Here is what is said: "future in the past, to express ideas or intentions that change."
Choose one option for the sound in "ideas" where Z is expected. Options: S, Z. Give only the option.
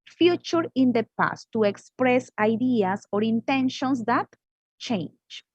S